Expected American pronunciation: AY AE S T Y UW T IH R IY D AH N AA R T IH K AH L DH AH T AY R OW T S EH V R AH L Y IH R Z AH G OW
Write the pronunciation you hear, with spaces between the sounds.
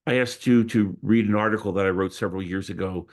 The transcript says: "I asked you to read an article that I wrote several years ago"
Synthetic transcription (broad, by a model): AY AE S T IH T IH R IY D AH N AA R T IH K L DH AH T AY R OW T S EH V R L Y IH R Z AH G OW